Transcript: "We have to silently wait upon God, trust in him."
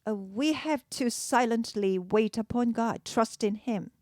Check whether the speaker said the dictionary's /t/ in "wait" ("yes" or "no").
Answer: yes